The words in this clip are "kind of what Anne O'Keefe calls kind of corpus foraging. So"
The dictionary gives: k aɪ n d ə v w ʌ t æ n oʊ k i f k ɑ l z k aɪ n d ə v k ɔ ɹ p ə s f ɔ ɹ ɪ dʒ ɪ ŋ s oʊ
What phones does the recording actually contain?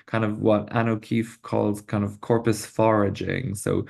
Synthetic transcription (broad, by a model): k aɪ n d ə v w ʌ t æ n oʊ k i f k ɑ l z k aɪ n d ə v k ɔ ɹ p ə s f ɔ ɹ ɪ dʒ ɪ ŋ s oʊ